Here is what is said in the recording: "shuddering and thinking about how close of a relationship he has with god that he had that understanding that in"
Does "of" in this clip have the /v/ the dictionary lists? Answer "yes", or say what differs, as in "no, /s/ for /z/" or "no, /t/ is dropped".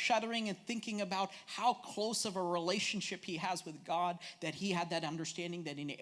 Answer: yes